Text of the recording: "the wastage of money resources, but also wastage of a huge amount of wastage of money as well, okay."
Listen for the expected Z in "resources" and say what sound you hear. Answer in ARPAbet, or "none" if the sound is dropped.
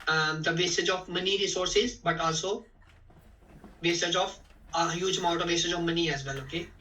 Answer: Z